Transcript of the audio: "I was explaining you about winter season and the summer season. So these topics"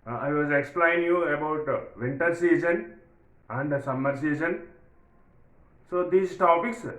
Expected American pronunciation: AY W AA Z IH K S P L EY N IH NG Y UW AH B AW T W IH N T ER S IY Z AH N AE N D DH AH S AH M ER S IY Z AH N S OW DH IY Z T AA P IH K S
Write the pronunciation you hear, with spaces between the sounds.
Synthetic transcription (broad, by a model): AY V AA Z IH K S P L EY IH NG Y UW AH B AW T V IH N T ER S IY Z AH N AE N D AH S AH M ER S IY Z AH N S OW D IY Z T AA P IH K S